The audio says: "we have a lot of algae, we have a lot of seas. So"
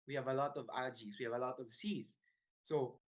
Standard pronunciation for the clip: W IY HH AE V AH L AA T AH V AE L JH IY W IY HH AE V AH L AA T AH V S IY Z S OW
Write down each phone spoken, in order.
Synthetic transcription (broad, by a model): W IY HH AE V AH L AA T AH V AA JH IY W IY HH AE V AH L AA T AH V S IY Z S OW